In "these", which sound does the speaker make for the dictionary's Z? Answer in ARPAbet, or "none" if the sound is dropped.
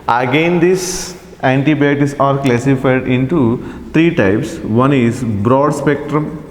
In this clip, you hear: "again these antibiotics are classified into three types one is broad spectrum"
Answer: S